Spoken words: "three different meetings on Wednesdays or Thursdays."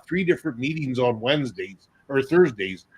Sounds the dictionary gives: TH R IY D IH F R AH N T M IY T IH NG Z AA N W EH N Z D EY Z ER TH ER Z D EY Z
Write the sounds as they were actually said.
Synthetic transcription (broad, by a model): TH R IY D IH F R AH N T M IY T IH NG Z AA N W EH N Z D EY Z ER TH ER Z D EY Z